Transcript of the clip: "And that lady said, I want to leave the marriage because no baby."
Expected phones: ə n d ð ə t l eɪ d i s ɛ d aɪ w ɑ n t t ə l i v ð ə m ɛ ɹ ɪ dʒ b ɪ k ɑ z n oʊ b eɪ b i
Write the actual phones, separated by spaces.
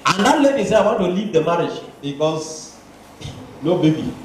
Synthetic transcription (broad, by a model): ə n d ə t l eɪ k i s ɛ aɪ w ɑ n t t ə l i v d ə m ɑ ɹ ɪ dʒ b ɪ k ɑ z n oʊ b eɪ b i